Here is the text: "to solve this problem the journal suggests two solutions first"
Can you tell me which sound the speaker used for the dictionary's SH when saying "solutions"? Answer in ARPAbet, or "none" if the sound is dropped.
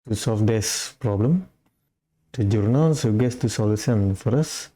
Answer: S